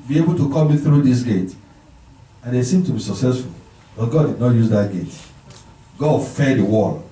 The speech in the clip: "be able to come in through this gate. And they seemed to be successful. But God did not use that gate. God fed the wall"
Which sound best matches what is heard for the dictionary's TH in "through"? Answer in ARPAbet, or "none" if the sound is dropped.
TH